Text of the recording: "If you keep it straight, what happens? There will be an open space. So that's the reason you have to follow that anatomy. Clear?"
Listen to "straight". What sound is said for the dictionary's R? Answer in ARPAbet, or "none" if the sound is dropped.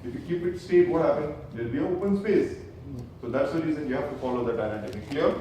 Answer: none